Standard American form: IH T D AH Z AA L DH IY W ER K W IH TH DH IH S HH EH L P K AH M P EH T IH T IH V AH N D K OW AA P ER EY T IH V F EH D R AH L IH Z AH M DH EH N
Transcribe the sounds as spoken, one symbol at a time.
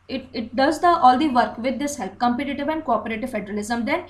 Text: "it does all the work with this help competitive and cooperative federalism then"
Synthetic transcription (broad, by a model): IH T D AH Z AA L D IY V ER K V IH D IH S HH EH L P K AH M P EH T IH T IH V AH N D K OW AA P ER EY T IH V F EH D R AH L IH Z AH M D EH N